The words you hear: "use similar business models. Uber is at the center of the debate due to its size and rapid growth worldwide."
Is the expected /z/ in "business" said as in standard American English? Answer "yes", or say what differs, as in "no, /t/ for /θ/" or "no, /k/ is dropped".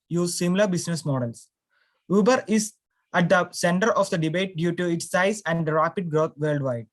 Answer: no, /s/ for /z/